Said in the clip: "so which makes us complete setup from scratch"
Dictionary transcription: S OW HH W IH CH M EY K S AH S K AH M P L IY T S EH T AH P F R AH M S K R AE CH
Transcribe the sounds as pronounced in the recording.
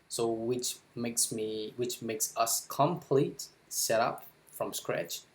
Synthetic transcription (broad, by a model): S OW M W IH CH M EY K S AH S K AH M P L IY T S EH T AH P F R AH M S K R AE CH